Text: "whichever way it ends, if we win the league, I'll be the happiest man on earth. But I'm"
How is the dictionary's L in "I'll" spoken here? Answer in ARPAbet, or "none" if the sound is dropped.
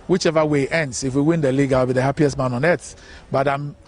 W